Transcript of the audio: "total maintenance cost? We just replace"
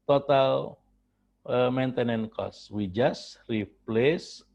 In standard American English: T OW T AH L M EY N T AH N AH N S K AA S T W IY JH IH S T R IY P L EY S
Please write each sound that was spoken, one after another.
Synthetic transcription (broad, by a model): T OW T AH L M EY N T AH N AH N K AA S W IY JH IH S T R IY P L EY S